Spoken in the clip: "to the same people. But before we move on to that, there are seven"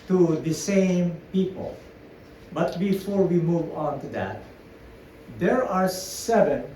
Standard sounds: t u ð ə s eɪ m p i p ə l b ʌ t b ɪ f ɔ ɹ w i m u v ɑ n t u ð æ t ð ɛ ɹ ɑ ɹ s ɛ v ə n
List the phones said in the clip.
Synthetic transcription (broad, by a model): t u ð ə s eɪ m p i p ə l b ʌ t b ɪ f ɔ ɹ w i m u v ɑ n t u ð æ t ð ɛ ɹ ɑ ɹ s ɛ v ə n